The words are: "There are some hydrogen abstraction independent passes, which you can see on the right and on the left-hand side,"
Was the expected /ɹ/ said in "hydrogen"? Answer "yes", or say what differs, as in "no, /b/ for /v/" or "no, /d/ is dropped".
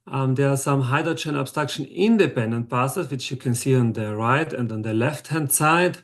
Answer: no, /ɹ/ is dropped